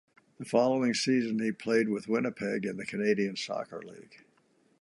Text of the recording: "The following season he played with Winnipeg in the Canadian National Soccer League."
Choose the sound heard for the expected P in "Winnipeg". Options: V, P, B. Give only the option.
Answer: P